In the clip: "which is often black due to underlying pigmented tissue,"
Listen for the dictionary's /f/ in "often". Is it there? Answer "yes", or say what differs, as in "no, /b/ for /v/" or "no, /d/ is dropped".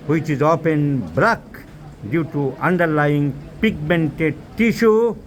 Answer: no, /p/ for /f/